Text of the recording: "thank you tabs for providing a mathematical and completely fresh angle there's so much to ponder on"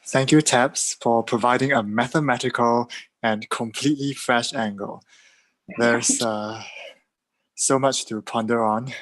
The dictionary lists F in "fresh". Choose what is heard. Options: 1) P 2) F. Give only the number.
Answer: 2